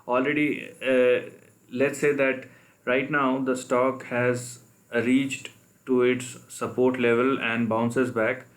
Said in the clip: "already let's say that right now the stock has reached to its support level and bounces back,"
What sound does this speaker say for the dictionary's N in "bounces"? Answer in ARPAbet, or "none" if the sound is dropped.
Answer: N